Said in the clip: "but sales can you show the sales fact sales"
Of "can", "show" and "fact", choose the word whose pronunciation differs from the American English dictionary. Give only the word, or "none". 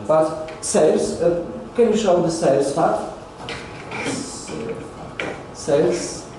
fact